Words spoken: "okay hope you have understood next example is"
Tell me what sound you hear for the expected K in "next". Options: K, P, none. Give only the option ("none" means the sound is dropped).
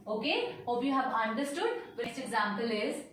none